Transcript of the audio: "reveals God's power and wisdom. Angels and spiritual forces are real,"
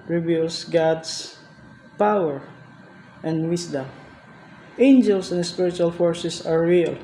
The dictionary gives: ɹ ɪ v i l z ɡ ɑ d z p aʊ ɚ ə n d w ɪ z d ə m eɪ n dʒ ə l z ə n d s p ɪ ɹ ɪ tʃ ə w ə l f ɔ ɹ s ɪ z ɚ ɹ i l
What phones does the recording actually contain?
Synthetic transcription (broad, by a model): ɹ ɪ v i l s ɡ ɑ d s p aʊ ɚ ə n d w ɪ s d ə m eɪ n dʒ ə l s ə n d s p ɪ ɹ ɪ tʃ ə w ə l f ɔ ɹ s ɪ s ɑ ɹ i l